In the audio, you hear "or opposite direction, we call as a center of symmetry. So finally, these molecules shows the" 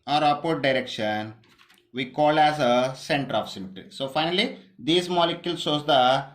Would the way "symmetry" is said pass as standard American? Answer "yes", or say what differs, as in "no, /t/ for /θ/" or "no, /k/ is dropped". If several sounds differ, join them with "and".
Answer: no, /ɹ/ is dropped